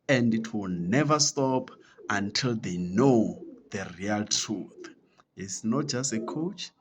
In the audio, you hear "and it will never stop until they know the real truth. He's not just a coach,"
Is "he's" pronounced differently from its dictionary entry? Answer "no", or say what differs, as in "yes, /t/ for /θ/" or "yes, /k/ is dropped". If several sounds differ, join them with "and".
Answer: yes, /s/ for /z/